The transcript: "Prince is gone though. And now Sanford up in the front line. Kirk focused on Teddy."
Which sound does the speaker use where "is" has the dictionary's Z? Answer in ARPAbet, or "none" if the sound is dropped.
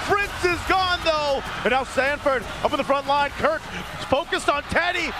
Z